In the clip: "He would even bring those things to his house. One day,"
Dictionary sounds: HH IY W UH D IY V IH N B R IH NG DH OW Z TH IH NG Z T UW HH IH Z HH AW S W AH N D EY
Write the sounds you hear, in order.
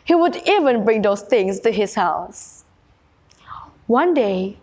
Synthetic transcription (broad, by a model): HH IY W UH D IY V IH N B R IH NG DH OW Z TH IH NG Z T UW HH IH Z HH AW S W AH N D EY